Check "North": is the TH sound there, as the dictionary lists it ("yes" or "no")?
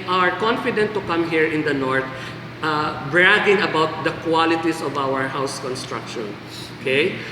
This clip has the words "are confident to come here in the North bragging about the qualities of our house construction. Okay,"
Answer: no